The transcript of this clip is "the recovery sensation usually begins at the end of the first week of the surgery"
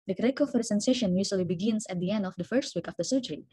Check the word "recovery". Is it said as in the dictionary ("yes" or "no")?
no